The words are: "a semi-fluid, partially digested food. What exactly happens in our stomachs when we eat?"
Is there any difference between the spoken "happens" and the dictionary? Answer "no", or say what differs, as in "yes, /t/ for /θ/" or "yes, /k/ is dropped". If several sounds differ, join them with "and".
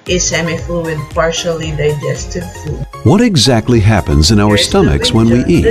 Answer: no